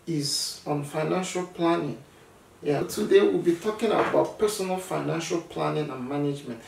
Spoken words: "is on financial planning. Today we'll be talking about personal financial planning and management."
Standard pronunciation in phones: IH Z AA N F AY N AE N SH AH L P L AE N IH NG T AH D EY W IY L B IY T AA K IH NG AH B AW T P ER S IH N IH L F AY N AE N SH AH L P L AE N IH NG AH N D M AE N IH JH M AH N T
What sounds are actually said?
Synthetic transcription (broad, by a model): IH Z AA N F AY N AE N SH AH L P L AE N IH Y T AH D EY W IY L B IY T AA K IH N AH B AW T P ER S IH N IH L F AY N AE N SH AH L P L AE N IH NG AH N M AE N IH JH M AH N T